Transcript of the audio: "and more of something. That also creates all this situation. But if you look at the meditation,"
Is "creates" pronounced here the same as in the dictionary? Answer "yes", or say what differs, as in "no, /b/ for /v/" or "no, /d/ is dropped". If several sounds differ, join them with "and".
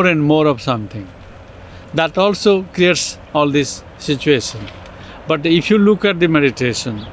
yes